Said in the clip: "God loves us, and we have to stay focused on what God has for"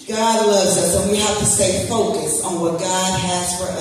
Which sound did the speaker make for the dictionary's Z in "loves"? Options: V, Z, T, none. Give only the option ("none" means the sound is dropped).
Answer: Z